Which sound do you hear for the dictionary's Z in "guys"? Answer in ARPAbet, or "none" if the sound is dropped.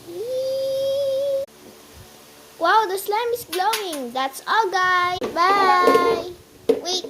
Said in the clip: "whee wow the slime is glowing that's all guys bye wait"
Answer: none